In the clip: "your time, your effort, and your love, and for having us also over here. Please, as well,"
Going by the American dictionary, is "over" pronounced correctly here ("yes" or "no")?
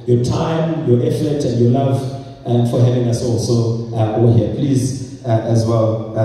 no